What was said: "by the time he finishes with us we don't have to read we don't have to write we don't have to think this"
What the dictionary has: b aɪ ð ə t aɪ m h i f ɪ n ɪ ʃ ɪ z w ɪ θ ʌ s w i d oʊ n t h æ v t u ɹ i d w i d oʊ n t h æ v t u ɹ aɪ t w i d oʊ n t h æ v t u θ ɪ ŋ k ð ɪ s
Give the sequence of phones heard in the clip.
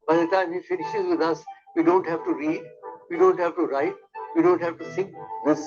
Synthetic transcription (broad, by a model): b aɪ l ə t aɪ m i f ɪ n ɪ ʃ ɪ z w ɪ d ʌ s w i d oʊ n t h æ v t u ɹ i d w i d oʊ n t h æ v t u ɹ aɪ t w i d oʊ n t h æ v t u s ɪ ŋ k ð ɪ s